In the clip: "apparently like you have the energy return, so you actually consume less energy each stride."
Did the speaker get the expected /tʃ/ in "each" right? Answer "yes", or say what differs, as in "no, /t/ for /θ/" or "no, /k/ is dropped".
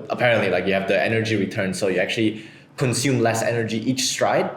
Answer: yes